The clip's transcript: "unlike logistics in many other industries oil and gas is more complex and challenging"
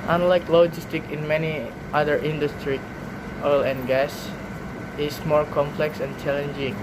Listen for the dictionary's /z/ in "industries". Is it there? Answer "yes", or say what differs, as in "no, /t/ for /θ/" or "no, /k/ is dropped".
no, /z/ is dropped